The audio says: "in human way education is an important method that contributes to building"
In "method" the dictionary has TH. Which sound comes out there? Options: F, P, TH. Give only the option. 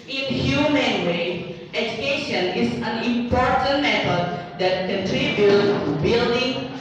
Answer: F